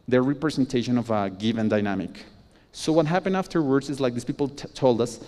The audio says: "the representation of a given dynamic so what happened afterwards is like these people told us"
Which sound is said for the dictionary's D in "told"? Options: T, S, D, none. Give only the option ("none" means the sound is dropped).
D